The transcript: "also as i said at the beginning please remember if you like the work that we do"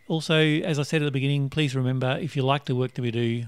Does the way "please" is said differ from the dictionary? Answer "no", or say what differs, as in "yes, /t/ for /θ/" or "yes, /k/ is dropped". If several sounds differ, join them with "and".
no